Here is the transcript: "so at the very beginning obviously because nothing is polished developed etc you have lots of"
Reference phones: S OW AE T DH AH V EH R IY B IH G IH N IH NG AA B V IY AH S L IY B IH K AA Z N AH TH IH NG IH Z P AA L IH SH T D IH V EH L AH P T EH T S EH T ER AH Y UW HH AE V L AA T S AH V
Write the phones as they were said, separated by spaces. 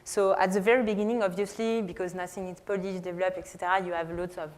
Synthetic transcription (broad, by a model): S OW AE T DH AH V EH R IY B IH G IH N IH NG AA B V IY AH S L IY B IH K AA Z N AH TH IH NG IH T P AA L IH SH D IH V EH L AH P EH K S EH T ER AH Y UW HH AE V L AA T S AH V